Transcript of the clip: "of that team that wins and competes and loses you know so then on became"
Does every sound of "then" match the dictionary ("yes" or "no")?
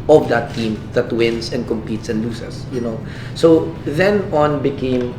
yes